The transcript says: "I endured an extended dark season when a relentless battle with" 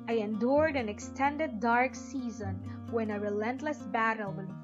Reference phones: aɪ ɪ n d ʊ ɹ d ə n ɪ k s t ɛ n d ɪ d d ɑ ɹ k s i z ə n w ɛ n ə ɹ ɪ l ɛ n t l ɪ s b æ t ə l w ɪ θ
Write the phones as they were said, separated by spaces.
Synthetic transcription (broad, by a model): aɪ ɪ n d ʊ ɹ d ə n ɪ k s t ɛ n d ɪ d d ɑ ɹ k s i z ə n w ɛ n ə ɹ ɪ l ɛ n t l ɪ s b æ t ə l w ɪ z